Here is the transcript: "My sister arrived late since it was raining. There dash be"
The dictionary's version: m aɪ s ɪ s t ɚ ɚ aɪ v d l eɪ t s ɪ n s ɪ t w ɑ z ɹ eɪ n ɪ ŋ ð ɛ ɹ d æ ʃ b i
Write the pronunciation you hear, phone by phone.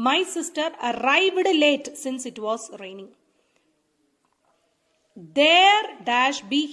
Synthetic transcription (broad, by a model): m aɪ s ɪ s t ɚ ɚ aɪ v d l eɪ t s ɪ n s ɪ t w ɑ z ɹ eɪ n ɪ ŋ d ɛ ɹ d æ ʃ b i